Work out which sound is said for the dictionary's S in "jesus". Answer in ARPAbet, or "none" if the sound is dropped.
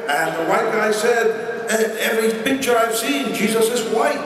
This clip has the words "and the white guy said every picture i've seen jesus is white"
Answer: S